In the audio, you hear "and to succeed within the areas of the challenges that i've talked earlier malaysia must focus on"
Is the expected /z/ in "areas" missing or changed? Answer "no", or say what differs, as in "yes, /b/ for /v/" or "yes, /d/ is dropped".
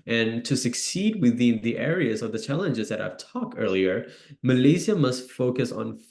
no